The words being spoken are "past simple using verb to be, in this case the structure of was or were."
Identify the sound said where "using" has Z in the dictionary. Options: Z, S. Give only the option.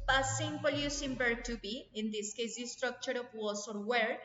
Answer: S